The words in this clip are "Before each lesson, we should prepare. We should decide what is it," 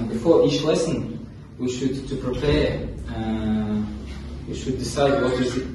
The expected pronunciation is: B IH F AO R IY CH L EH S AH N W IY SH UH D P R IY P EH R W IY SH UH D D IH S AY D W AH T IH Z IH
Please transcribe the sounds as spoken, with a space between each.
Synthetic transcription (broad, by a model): B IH F AO R IY CH L EH S AH N W IY SH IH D P R IY P EH R W IY SH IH D D IH S AY D W AH T IH Z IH